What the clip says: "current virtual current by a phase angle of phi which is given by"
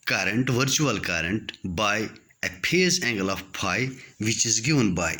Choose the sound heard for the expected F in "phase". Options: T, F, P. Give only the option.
P